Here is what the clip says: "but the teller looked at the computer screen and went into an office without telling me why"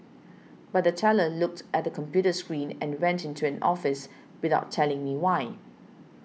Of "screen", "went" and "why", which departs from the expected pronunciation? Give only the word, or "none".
none